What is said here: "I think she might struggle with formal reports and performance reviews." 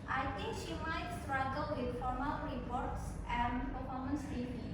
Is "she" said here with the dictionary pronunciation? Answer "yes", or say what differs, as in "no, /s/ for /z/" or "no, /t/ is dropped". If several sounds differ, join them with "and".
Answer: yes